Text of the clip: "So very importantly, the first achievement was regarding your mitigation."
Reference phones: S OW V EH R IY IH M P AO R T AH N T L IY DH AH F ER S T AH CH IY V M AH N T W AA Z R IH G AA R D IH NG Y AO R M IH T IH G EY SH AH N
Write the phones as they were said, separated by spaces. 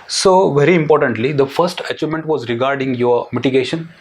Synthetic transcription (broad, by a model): S OW V EH R IY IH M P AO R T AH N T L IY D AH F ER S T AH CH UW M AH N T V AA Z R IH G AA R D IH NG Y AO R M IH T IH G EY SH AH N